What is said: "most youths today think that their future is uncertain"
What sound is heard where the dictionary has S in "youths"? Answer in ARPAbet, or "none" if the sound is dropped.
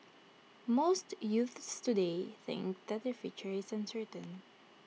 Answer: S